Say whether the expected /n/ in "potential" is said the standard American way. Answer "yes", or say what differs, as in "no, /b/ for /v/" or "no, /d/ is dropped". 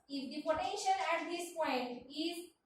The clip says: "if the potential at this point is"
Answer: no, /n/ is dropped